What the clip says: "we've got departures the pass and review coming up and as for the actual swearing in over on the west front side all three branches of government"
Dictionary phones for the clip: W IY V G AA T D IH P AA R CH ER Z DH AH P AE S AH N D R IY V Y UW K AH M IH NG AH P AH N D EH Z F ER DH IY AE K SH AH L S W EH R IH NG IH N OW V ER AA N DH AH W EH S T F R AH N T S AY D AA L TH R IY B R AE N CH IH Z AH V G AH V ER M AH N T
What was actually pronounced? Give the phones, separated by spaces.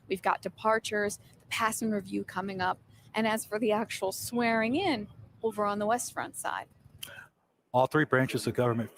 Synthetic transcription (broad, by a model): W IY V G AA T D IH P AA R CH ER Z DH AH P AE S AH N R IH V Y UW K AH M IH NG AH P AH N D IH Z F ER DH IY AE K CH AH L S W EH R IH NG IH N OW V ER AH N DH AH W EH S T F R AH N T S AY D AA L TH R IY B R AE N CH IH Z AH V G AH V ER M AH N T